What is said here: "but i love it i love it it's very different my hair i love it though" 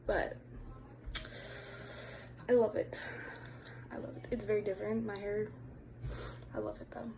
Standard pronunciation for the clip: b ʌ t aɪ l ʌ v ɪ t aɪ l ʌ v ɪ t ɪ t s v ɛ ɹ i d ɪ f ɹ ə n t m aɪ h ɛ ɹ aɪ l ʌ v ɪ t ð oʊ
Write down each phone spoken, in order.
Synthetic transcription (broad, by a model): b ʌ t aɪ l ʌ v ɪ t aɪ l ʌ v ɪ t ɪ t s v ɛ ɹ i d ɪ f ɹ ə n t m aɪ h ɛ ɹ aɪ l ʌ v ɪ t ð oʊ